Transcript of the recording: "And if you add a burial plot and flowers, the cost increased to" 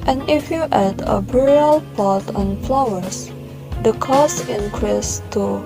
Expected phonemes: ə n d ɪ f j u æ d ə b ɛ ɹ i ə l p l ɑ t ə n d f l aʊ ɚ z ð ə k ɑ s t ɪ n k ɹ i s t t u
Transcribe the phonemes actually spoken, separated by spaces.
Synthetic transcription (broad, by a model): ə n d ɪ f j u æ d ə b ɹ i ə l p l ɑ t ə n f l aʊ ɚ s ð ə k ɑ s ɪ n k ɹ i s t t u